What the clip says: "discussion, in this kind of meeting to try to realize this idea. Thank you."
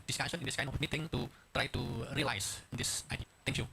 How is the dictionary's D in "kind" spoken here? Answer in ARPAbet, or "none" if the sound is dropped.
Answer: none